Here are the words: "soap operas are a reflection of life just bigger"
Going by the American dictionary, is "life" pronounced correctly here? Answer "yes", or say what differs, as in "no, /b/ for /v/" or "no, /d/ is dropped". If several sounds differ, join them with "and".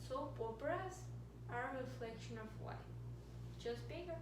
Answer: no, /w/ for /l/